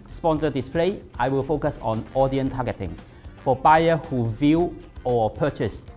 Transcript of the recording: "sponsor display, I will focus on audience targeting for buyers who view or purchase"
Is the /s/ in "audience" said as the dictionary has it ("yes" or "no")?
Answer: no